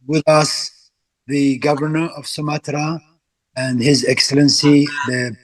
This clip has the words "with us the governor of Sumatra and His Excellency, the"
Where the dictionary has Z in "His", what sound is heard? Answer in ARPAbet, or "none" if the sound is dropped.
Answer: Z